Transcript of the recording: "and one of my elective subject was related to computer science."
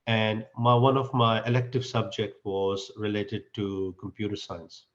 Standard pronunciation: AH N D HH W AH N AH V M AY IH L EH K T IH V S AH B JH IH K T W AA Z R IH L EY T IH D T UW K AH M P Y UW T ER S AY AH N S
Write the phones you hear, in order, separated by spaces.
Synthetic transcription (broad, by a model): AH N D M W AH N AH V M AY IH L EH K T IH V S AH B JH IH K T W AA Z R IH L EY T IH D T UW K AH M P Y UW T ER S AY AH N S